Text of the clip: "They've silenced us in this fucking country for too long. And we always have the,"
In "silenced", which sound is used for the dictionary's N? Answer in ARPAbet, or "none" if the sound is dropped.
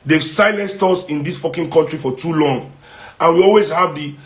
N